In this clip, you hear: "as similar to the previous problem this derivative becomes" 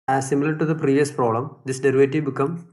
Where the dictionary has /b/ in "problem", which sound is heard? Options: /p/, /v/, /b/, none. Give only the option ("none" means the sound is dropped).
none